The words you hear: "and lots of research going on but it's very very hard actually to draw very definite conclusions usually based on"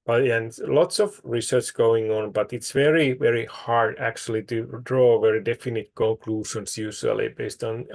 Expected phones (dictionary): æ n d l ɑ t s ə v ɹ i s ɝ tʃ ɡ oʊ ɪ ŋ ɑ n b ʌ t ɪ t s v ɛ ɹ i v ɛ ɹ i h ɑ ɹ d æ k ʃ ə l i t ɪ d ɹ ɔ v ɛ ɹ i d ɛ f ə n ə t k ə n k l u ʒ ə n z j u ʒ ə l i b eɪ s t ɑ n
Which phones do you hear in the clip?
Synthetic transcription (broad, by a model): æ n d l ɑ t s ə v ɹ i s ɝ tʃ ɡ oʊ ɪ ŋ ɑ n b ʌ t ɪ t s v ɛ ɹ i v ɛ ɹ i h ɑ ɹ d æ k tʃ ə l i t ɪ d ɹ ɔ v ɛ ɹ i d ɛ f ə n ə t k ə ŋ k l u ʃ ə n s j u ʃ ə l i b eɪ s t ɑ n